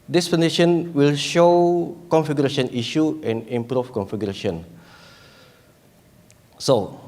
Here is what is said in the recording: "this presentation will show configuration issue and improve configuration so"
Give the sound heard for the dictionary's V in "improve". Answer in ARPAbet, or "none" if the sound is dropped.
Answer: F